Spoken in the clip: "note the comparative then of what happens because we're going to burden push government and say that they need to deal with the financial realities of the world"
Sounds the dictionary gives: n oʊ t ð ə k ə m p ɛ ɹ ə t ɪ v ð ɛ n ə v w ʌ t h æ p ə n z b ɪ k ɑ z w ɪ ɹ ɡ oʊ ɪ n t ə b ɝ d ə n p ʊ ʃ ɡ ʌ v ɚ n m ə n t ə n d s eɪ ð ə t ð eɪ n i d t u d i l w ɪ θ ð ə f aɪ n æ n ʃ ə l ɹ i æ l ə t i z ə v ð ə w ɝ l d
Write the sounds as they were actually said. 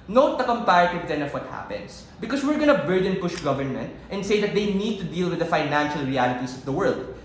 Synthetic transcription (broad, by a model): n oʊ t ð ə k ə m p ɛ ɹ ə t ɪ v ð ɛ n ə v w ʌ t h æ p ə n s b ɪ k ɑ s w ɪ ɹ ɡ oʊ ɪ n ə b ɝ d ə n p ʊ ʃ ɡ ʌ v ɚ n m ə n t ə n d s eɪ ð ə t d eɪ n i d t u d i l w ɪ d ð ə f aɪ n æ n ʃ ə l ɹ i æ l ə t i s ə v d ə w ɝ l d